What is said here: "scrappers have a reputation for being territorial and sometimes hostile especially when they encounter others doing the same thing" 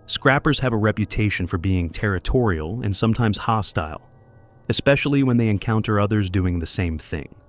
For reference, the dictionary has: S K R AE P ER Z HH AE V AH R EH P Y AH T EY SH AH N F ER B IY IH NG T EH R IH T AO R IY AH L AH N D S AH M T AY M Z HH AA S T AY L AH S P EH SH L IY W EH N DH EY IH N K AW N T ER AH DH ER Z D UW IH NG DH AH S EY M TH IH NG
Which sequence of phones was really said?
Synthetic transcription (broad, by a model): S K R AE P ER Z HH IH V AH R EH P Y AH T EY SH AH N F ER B IY IH NG T EH R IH T AO R IY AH L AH N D S AH M T AY M Z HH AA S T AY L AH S P EH SH L IY W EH N DH EY IH N K AW N T ER AH DH ER Z D UW IH NG DH AH S EY M TH IH NG